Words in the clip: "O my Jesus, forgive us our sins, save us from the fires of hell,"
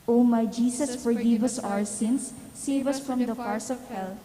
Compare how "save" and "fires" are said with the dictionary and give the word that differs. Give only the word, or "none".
fires